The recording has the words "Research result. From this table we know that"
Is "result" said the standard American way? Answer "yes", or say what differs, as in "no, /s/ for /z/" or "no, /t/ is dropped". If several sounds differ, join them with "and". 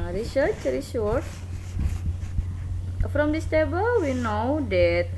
no, /s/ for /z/ and /l/ is dropped